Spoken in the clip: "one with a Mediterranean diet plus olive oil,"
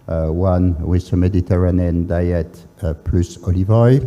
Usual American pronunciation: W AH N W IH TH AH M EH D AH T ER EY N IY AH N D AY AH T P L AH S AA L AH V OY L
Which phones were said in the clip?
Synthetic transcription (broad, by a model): W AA N W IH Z AH M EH D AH T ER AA N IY N D AY AH T P L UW S AA L AH V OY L